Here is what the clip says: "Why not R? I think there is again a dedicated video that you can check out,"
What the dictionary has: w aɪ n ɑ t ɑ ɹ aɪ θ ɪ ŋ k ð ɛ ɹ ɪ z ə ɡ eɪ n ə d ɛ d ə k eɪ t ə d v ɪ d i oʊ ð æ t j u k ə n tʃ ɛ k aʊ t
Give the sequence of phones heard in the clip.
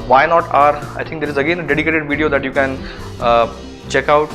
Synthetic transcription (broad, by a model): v aɪ n ɑ t ɑ ɹ aɪ t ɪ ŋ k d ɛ ɹ ɪ z ə ɡ eɪ n ə d ɛ d ə k eɪ t ə d v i d i oʊ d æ t j u k ə n tʃ ɛ k aʊ t